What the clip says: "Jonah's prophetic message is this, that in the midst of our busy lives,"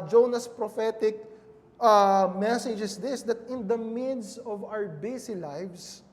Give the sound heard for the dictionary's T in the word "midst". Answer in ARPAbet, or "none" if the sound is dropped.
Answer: none